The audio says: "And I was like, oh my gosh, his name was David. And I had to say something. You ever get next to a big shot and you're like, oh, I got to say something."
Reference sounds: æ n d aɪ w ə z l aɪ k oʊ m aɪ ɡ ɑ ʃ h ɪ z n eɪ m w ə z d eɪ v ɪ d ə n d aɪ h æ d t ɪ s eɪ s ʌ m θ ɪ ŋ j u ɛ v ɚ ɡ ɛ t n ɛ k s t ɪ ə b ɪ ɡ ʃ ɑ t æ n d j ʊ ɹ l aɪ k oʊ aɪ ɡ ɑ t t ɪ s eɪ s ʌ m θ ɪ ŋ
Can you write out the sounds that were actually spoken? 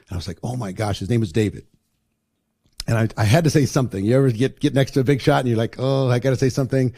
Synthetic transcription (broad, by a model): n aɪ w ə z l aɪ k oʊ m aɪ ɡ ɑ ʃ h ɪ z n eɪ m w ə z d eɪ v ɪ d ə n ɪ aɪ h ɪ d t ɪ s eɪ s ʌ m θ ɪ ŋ j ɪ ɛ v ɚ ɡ ɛ t n ɛ k s t ɪ ə b ɪ ɡ ʃ ɑ t n j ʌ ɹ l aɪ k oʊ aɪ ɡ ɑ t t ɪ s eɪ s ʌ m θ ɪ ŋ